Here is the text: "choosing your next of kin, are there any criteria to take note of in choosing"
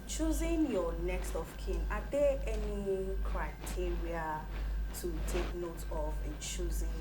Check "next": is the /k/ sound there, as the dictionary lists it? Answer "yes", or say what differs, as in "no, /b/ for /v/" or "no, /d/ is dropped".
yes